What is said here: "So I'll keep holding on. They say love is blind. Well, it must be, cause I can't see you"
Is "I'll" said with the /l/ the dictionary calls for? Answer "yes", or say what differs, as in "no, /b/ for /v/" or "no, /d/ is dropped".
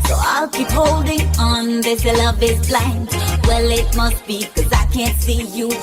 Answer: yes